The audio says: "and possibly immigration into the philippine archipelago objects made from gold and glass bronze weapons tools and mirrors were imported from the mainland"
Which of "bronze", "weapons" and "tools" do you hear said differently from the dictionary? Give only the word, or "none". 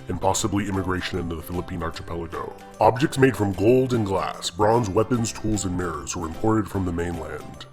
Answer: none